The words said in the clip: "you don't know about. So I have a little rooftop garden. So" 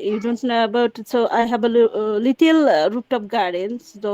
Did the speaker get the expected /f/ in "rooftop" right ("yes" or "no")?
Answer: no